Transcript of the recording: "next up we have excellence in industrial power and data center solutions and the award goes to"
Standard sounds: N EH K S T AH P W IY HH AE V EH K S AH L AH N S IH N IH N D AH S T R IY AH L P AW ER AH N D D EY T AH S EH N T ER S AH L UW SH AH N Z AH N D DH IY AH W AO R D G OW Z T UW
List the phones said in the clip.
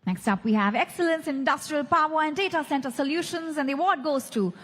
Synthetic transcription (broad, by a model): N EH K S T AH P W IY HH AE V EH K S AH L AH N S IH IH N D AH S T R IY AH L P AW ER AH N D D EY T AH S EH N T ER S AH L UW SH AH N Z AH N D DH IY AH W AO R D G OW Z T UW